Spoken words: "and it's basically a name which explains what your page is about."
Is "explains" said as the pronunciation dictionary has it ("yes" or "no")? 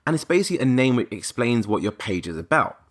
yes